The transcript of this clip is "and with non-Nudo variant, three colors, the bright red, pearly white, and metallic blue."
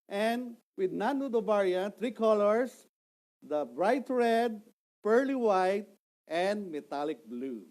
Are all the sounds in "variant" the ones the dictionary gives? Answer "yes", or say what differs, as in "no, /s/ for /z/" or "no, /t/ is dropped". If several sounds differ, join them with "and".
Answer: no, /b/ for /v/